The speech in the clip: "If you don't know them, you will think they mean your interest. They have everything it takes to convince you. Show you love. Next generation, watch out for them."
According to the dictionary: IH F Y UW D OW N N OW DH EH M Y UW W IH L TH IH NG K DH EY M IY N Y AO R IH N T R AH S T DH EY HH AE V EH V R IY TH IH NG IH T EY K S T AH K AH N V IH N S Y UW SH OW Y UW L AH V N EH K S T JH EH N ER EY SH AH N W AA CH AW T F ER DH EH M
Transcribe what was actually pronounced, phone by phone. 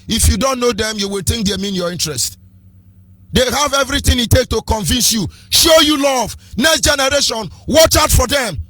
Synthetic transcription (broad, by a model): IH F Y UW D OW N N OW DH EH M Y UW W IH L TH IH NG K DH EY M IY N Y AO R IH N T R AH S T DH EY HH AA V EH V R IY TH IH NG IH T EY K T AH K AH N V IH N S Y UW SH OW Y UW L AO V N EH K S T JH EH N ER EY SH AH N W AA CH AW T F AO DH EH M